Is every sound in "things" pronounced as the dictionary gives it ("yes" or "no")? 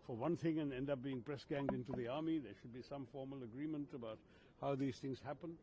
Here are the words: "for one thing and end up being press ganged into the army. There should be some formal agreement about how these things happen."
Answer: yes